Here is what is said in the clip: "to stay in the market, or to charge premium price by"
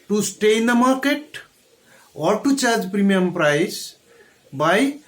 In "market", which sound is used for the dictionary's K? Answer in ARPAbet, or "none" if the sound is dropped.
K